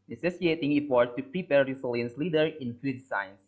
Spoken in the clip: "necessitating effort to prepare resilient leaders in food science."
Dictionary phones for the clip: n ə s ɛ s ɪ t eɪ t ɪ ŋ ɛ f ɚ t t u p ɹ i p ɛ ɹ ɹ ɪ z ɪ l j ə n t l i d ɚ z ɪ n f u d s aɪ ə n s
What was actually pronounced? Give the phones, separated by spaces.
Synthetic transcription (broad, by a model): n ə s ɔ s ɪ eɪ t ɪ ŋ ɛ p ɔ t t u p ɹ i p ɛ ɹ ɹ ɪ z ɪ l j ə n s l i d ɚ ɪ n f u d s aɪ n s